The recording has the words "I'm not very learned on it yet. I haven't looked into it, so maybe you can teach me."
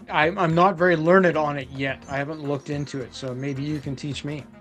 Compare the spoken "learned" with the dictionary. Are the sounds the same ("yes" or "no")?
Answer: yes